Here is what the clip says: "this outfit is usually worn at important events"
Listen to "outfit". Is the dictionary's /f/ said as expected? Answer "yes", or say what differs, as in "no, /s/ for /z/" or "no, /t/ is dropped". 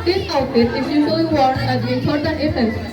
no, /f/ is dropped